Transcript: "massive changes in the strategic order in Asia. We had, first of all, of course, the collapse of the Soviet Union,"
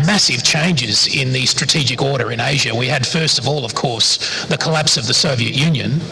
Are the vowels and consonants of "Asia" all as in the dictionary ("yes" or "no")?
yes